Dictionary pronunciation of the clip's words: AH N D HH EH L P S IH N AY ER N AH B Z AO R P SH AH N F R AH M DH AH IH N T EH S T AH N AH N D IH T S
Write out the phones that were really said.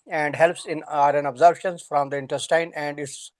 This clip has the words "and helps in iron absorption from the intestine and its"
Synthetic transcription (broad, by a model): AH N D HH EH L P S IH N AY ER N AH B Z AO R B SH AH N F R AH M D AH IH N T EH S T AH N AH N D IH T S